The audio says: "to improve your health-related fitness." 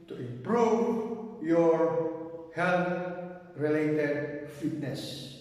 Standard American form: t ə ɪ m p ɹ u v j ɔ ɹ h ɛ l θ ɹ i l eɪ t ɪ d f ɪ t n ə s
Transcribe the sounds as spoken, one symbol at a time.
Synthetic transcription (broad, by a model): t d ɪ p ɹ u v j ɔ ɹ h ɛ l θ ɹ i l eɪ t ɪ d f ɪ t n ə s